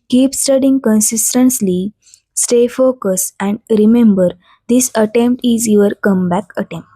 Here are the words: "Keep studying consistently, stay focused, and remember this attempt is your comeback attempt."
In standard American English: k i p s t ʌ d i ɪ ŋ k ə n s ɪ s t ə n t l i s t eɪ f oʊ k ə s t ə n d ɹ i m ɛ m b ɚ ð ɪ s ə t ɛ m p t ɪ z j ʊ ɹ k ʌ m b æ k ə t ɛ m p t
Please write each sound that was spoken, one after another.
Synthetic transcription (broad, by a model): k i p s t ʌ d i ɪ ŋ k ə n s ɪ s t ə n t l i s t eɪ f oʊ k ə s ə n d ɹ i m ɛ m b ɚ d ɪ s ə t ɛ m p t ɪ z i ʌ ɹ k ʌ m b æ k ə t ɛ m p t